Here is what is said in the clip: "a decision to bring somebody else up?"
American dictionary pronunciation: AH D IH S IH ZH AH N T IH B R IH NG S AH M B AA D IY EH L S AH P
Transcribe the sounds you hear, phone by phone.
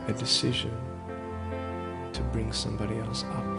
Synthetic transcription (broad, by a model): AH D IH S IH ZH AH N T IH B R IH NG S AH M B AA D IY EH L S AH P